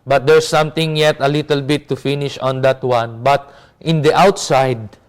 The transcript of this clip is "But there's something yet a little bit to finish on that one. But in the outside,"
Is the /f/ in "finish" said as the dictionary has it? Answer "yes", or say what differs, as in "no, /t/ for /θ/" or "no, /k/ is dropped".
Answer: yes